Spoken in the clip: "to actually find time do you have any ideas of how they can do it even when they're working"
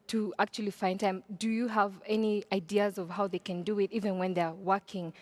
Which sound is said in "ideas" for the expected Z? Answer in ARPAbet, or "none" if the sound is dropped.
Z